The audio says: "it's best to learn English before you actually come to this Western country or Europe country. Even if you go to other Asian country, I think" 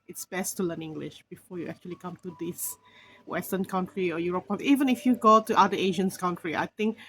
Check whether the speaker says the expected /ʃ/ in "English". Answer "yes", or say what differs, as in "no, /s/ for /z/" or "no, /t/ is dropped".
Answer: yes